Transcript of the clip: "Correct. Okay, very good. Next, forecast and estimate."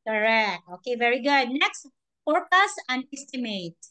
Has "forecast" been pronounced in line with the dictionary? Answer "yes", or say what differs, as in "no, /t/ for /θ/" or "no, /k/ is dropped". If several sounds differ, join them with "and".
no, /t/ is dropped